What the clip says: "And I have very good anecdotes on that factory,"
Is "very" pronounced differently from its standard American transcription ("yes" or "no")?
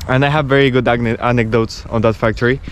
no